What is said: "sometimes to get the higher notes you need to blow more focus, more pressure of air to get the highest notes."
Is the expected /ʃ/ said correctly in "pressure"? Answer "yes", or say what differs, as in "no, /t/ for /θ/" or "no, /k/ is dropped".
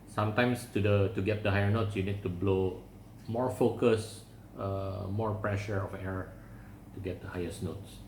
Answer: yes